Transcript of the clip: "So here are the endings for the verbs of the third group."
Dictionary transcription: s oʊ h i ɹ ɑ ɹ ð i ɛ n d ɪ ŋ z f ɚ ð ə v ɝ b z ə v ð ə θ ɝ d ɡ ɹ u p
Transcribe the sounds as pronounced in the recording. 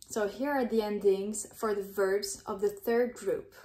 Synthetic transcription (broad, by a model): s oʊ h i ɹ ɑ ɹ ð i ɛ n d ɪ ŋ z f ɚ ð ə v ɝ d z ə v ð ə θ ɝ d ɡ ɹ u p